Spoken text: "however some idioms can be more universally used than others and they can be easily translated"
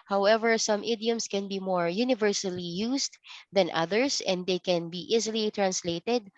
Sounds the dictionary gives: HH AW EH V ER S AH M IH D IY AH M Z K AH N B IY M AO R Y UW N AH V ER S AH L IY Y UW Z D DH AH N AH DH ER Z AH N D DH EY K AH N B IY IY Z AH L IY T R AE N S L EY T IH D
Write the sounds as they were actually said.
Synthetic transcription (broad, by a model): HH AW EH V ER S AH M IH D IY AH M S K AH N B IY M AO R Y UW N AH V ER S AH L IY Y UW S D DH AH N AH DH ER S AH N D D EY K AH N B IY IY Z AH L IY T R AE N S L EY T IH D